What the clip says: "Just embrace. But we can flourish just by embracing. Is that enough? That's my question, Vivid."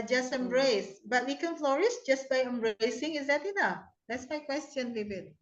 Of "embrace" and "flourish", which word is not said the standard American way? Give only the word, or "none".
flourish